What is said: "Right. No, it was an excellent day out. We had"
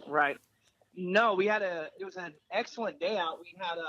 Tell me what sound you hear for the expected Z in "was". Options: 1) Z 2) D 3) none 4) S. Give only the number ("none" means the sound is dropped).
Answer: 1